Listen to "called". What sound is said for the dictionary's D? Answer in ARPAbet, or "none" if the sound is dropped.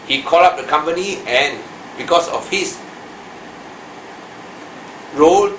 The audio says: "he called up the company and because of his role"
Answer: none